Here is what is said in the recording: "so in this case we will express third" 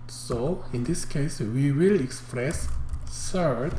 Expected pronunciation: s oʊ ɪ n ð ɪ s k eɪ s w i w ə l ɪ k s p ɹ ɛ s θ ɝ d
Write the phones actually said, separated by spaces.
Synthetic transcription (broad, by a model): s oʊ ɪ n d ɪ s k eɪ s w i w ə l ɪ k s p ɹ ɛ s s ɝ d